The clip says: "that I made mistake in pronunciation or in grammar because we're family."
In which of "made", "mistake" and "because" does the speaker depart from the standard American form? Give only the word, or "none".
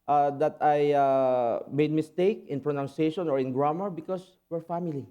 because